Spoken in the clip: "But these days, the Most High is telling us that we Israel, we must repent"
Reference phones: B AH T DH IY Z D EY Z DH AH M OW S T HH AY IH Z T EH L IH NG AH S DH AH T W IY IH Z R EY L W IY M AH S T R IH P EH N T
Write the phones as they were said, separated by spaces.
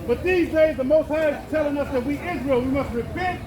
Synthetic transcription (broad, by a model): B AH T DH IY Z D EY Z DH AH M OW S T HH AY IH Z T EH L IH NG AH S DH AH T W IY IH Z R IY L W IY M AH S T R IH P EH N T